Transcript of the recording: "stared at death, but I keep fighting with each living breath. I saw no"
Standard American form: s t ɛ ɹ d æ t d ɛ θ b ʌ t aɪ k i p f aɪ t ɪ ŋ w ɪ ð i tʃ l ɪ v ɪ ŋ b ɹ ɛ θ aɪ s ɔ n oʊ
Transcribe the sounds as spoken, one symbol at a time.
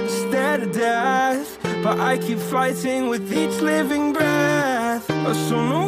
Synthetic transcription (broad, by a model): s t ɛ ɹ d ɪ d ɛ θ b ʌ t aɪ k i p f aɪ t ɪ ŋ w ɪ ð i tʃ l ɪ v ɪ ŋ b ɹ ɛ θ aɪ s ɔ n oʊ